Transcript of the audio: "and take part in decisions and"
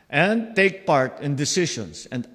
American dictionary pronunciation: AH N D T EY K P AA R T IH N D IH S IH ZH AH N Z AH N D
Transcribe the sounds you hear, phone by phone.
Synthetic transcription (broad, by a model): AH N D T EY K P AA R T IH N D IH S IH SH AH N S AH N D